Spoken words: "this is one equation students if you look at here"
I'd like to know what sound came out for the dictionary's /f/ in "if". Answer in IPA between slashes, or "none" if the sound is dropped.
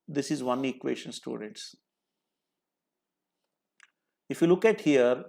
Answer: /f/